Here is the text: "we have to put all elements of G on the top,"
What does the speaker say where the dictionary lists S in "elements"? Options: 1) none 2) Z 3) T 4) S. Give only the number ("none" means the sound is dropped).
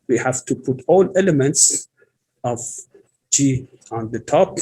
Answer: 4